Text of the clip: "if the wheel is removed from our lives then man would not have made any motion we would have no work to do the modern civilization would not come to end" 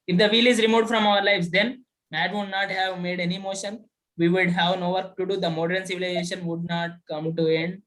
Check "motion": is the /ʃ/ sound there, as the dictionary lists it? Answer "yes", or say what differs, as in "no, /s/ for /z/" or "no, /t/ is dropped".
yes